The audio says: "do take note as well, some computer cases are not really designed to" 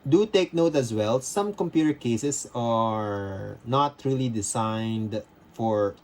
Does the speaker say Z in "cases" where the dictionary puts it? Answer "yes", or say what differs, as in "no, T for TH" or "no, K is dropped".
no, S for Z